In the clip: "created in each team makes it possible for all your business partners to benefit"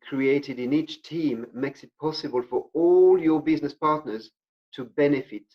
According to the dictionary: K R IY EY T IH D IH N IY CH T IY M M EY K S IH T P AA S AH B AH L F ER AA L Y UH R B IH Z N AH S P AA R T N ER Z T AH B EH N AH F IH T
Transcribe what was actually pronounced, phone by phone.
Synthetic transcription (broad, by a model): K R IY EY T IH D IH N IY CH T IY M M EY K S IH T P AA S AH B AH L F ER AA L Y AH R B IH Z N AH S P AA R T N ER Z T AH B EH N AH F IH T